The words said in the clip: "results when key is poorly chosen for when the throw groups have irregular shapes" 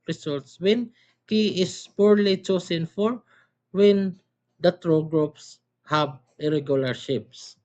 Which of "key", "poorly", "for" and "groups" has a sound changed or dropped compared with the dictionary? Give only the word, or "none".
none